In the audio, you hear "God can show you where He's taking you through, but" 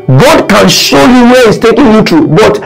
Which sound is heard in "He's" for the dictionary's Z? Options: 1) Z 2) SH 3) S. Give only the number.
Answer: 3